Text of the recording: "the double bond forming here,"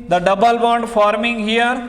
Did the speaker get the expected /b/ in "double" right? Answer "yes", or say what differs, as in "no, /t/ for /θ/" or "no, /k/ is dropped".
yes